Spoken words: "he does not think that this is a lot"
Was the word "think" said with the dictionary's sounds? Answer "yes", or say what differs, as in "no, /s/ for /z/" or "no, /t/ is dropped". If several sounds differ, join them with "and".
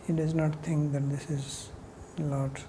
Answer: no, /t/ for /θ/